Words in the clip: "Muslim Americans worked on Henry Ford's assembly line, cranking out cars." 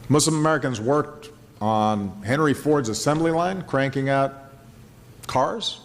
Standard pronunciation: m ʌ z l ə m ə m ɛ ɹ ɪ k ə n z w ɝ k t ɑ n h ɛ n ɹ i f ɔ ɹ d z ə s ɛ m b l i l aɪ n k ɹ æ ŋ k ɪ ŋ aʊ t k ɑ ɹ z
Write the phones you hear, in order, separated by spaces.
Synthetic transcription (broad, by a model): m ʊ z l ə m ə m ɛ ɹ ɪ k ə n z w ɝ k t n h ɛ n ɹ i f ɔ ɹ d z ə s ɛ m b l i l aɪ n k ɹ æ ŋ k ɪ ŋ aʊ t k ɑ ɹ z